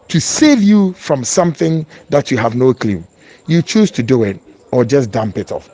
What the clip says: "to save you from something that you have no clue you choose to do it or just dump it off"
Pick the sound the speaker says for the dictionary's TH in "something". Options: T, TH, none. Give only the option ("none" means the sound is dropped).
TH